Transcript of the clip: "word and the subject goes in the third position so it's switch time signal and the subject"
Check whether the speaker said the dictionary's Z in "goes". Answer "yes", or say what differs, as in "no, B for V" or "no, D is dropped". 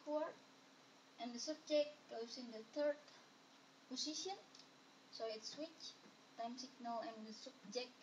no, S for Z